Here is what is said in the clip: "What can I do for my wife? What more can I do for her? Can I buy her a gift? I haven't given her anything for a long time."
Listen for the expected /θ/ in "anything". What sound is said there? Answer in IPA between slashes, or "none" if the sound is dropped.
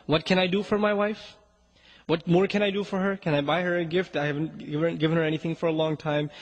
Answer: /θ/